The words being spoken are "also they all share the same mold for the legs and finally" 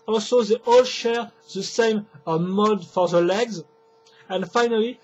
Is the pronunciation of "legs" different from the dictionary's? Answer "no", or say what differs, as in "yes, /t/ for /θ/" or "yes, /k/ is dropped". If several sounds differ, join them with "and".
no